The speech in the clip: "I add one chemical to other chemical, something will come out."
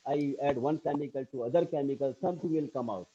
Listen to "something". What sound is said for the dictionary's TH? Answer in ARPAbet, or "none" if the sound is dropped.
T